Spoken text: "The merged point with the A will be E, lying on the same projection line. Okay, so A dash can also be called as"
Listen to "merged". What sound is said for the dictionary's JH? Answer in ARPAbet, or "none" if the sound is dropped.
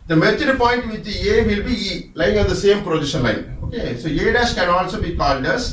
CH